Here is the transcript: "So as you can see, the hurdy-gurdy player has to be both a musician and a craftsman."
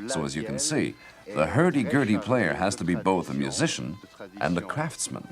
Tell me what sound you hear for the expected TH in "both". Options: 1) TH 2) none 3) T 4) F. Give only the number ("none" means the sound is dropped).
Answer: 1